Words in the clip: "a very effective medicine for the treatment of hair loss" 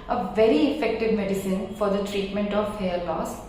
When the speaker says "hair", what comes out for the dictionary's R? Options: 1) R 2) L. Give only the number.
2